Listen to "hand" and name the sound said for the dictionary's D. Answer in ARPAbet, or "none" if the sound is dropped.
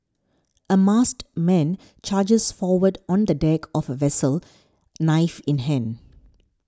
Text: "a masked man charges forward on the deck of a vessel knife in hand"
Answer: none